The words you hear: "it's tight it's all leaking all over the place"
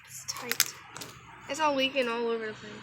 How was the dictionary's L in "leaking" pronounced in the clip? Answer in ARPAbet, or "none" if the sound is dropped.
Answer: W